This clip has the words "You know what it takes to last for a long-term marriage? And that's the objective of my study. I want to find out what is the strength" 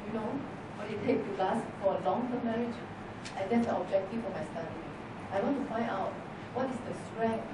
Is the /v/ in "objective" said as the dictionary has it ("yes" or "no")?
no